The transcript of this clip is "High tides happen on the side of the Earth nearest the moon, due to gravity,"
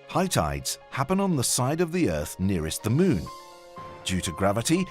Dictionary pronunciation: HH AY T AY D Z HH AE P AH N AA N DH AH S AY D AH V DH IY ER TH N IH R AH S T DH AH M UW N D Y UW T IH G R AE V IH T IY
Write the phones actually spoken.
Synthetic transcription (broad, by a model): HH AY T AY D Z HH AE P AH N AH N DH AH S AY D AH V DH IY ER TH N IH R AH S T DH AH M UW N D Y UW T IH G R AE V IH T IY